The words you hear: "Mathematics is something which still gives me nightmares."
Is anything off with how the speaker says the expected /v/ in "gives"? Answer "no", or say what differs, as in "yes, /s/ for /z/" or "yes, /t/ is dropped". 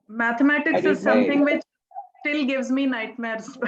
no